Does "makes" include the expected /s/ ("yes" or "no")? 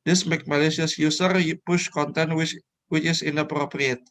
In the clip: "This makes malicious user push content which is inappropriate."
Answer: no